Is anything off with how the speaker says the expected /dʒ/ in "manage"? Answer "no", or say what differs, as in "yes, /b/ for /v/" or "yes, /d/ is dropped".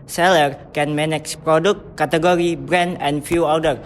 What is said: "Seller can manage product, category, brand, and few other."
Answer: yes, /tʃ/ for /dʒ/